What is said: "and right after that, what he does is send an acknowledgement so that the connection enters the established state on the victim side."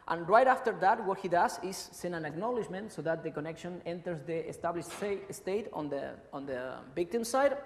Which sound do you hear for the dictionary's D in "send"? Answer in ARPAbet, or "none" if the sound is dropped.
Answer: none